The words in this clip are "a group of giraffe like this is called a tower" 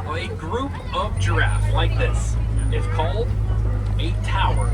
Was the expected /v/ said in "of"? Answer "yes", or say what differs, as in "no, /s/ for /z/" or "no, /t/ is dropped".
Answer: yes